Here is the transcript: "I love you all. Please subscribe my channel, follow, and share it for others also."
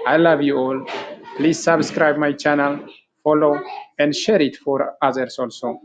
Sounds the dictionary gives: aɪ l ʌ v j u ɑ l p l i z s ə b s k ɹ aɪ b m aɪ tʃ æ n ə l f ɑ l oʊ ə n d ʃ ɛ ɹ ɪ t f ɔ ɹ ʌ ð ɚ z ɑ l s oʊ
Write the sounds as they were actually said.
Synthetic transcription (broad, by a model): aɪ l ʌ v j u ɑ l p l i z s ə b s k ɹ aɪ b m aɪ tʃ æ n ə l f ɑ l oʊ ə n d ʃ ɛ ɹ ɪ t f ɔ ɹ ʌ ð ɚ s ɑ l s oʊ